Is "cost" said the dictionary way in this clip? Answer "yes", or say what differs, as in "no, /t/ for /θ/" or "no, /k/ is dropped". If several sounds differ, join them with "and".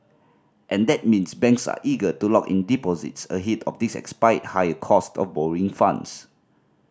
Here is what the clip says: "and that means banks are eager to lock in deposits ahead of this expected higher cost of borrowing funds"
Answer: yes